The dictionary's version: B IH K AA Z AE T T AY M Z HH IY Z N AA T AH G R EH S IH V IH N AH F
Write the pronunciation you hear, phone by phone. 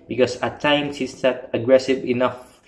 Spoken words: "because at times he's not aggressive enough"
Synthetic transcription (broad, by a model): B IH K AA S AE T T AY M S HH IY S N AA T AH G R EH S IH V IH N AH F